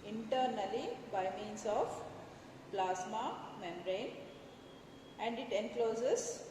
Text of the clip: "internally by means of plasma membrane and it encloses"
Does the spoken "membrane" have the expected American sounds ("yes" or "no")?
no